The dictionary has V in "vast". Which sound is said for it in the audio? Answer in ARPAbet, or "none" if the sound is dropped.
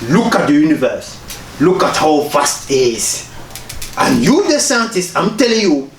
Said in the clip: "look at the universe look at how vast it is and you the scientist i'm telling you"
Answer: F